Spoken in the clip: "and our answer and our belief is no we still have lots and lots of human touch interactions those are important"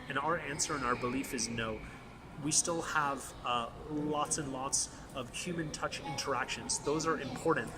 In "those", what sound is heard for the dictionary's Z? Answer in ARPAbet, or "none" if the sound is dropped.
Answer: Z